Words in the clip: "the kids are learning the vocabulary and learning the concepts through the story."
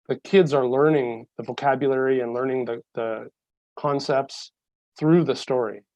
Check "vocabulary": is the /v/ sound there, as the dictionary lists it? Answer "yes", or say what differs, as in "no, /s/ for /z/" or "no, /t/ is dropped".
yes